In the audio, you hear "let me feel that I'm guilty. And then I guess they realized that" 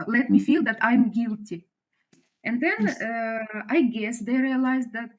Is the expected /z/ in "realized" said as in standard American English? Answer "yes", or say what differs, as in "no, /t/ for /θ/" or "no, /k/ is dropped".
yes